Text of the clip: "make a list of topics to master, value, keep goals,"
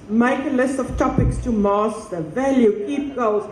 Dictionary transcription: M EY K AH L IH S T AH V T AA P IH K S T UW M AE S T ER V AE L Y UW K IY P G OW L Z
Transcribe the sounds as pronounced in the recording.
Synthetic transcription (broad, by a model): M EY K AH L IH S T AH V T AA P IH K S T UW M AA S T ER V AE L Y UW K IY P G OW L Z